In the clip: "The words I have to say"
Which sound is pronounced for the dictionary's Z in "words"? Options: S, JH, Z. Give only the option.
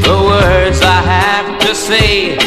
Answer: Z